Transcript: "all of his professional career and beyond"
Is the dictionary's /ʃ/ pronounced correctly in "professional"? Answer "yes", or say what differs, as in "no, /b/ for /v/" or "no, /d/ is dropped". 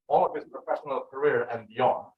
yes